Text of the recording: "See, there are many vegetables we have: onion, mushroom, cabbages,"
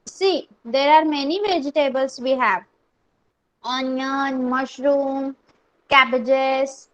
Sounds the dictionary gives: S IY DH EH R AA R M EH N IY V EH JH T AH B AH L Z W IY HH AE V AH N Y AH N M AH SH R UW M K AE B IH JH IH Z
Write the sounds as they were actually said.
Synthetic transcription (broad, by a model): S IY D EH R AA R M EH N IY V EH JH T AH B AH L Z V IY HH AE V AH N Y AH N M AH SH R UW M K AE B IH JH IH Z